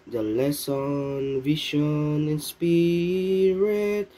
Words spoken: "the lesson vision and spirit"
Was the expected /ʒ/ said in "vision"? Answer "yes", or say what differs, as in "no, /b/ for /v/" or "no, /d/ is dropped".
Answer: no, /ʃ/ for /ʒ/